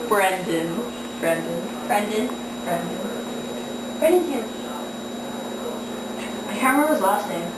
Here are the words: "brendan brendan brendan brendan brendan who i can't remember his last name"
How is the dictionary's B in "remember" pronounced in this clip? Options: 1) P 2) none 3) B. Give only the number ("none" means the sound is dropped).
2